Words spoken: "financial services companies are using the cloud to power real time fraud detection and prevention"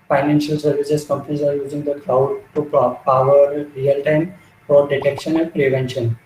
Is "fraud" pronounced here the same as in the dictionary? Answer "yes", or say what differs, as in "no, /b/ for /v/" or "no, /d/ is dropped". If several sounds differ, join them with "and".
no, /ɹ/ is dropped